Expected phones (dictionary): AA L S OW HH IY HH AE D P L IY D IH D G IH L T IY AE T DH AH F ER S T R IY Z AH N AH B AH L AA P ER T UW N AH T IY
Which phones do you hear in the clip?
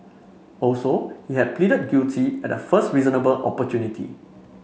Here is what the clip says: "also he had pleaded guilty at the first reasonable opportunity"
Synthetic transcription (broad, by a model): AA L S OW HH IY HH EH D P L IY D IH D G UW T IY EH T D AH F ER S T R IY Z AH N AH B AH L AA P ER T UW N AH T IY